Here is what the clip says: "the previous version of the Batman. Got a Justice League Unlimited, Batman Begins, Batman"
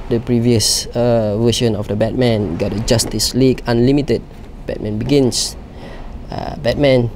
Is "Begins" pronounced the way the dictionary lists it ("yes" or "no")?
no